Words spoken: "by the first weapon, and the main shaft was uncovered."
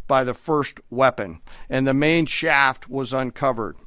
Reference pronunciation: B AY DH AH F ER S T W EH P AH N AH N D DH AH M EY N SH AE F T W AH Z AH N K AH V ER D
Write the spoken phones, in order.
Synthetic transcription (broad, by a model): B AY DH AH F ER S T W EH P AH N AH N DH AH M EY N SH AE F T W AH Z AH N K AH V ER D